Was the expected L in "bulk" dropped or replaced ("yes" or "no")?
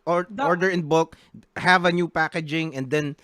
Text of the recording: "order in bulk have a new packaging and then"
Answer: yes